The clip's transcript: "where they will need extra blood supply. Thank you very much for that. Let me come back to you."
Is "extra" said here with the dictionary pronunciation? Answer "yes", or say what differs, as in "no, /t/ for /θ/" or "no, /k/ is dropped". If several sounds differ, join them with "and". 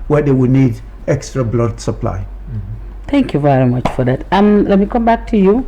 yes